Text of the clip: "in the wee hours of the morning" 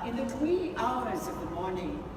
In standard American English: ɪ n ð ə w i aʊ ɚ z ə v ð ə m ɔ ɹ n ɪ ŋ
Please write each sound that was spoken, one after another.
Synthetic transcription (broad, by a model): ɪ n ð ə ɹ i aʊ ɚ z ə v ð ə m ɔ ɹ n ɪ ŋ